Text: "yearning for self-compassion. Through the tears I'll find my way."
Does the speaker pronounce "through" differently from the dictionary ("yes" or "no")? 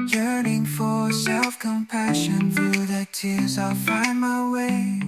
no